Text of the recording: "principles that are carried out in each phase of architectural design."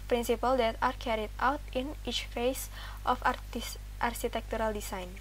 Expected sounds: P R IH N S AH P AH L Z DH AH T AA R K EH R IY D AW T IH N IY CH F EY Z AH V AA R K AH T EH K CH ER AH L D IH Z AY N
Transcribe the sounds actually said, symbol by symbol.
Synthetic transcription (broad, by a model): P R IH N S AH P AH L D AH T AA R K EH R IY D AW T IH N IY CH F EY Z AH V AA R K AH T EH K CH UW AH L D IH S AY N